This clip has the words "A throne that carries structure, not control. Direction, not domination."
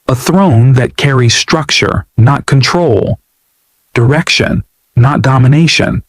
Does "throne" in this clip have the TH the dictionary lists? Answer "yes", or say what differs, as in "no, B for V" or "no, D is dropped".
yes